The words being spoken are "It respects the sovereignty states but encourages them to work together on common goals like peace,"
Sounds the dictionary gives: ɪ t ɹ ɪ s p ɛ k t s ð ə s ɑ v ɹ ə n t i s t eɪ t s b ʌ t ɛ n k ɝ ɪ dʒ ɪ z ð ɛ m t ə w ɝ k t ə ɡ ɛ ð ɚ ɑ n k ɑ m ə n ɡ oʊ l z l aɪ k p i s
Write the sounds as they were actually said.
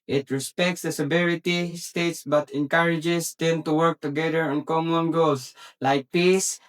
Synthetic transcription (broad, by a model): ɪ t ɹ ɪ s p ɛ k t s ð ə s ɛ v ɹ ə t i s t eɪ t s b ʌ t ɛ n k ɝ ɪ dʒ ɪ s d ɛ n t ə w ɝ k t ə ɡ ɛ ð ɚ ɑ n k ɑ m ə n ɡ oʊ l s l aɪ k p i s